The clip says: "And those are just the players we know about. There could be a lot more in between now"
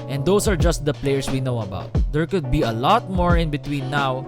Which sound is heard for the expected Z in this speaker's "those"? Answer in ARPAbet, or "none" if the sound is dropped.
S